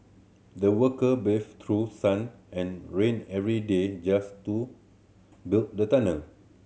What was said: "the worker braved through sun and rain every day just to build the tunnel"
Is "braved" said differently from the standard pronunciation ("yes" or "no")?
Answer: yes